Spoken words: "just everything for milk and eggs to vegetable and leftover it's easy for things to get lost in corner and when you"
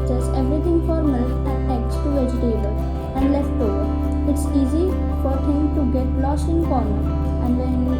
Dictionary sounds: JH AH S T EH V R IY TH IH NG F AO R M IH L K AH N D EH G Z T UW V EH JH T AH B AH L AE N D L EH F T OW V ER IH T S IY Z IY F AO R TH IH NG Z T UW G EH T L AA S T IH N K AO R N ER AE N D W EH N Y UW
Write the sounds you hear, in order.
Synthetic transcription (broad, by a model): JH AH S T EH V R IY T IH NG F AO R M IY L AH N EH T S T UW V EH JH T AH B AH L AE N D L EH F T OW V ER IH T S IY Z IY F AO R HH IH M T UW G EH T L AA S IH N K AO R N ER AE N D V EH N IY